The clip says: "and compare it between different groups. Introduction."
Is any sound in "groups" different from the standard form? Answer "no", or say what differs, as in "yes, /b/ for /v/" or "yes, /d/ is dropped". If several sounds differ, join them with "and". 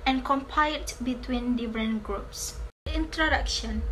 no